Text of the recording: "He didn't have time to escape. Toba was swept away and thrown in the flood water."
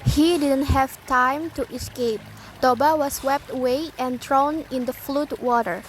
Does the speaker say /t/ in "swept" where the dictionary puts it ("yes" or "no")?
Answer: yes